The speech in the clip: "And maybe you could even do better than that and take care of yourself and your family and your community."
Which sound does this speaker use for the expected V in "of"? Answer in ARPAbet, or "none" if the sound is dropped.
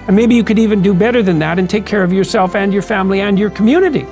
V